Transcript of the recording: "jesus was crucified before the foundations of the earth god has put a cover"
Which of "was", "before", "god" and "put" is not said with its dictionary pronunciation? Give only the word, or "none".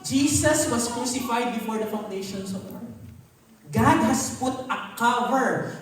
was